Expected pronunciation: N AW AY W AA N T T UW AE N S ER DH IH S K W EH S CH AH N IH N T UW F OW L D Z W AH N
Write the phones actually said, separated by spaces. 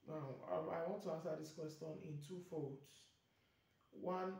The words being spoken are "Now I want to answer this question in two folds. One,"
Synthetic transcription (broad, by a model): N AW AY W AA N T T UW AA N S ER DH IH S K W EH S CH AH N IH N T UW F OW D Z W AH N